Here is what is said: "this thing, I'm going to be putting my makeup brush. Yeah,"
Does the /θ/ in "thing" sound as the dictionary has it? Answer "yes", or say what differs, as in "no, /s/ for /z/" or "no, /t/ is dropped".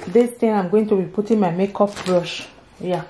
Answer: no, /t/ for /θ/